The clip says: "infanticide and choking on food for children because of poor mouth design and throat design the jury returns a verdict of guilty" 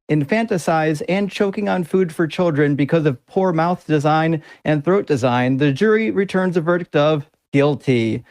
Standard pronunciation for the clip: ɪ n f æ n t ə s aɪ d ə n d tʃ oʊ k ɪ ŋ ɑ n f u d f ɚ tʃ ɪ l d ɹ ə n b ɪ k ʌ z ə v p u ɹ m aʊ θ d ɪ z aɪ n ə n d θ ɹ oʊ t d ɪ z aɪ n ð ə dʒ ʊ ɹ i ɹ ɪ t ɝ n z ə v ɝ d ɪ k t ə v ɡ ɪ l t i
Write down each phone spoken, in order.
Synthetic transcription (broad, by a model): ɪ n f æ n t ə s aɪ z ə n tʃ oʊ k ɪ ŋ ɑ n f u d f ɚ tʃ ɪ l d ɹ ə n b ɪ k ʌ z ə v p u ɹ m aʊ θ d ɪ z aɪ n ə n θ ɹ oʊ t d ɪ z aɪ n ð ə dʒ ʊ ɹ i ɹ ɪ t ɝ n z ə v ɝ d ɪ k t ə v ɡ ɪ l t i